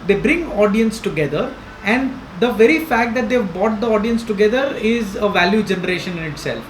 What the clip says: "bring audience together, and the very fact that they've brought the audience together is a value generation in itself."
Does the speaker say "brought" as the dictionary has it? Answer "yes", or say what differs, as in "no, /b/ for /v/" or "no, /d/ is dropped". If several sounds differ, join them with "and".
no, /ɹ/ is dropped